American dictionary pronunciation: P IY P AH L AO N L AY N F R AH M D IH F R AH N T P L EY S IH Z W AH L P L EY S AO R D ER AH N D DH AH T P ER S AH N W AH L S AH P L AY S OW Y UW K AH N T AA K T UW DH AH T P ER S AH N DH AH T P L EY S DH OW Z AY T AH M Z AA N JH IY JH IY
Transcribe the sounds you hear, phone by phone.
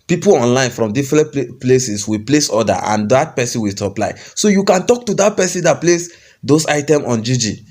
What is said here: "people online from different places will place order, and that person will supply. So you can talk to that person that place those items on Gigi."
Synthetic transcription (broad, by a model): P IY P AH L AO N L AY N F R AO M D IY F R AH N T P L EY S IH S W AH P L EY S AO D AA AH N D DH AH T P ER S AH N W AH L S AH P L AY S OW Y UW K AH N T AA K T UW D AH T P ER S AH N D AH T P L EY S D OW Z AY T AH M AA N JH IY JH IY